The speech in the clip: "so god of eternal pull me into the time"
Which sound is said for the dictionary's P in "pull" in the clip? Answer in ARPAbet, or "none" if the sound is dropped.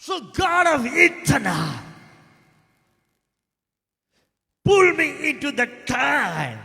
P